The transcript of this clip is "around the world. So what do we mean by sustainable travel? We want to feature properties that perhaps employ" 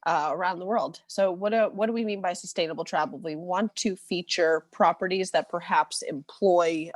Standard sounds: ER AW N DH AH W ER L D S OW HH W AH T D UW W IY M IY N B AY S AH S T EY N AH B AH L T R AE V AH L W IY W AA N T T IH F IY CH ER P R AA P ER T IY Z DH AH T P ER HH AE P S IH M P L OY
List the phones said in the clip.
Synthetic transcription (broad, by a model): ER AW N DH AH W ER L D S OW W W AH T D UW W IY M IY N B AY S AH S T EY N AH B L T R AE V L W IY W AA N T T IH F IY CH ER P R AA P ER T IY Z DH AH T P ER HH AE P S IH M P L OY